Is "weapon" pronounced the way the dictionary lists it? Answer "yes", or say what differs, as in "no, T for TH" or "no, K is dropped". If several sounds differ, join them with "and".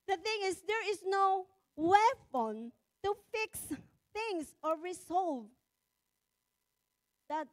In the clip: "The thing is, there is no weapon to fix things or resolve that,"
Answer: no, F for P